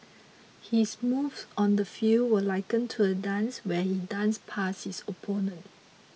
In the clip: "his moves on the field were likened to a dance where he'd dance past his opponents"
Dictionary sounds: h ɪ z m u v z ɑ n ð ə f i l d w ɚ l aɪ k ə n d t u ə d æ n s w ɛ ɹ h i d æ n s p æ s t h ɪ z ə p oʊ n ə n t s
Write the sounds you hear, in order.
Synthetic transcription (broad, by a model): h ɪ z m u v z ɑ n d ə f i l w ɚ l aɪ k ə n t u ə d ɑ n s w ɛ h i d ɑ n s p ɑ s h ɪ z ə p oʊ n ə n t